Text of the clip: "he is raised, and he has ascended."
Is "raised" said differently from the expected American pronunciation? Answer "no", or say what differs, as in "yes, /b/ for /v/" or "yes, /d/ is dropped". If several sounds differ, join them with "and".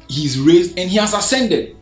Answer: no